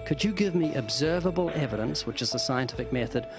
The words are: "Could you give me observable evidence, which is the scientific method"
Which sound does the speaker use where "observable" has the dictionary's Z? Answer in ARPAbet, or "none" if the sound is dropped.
Z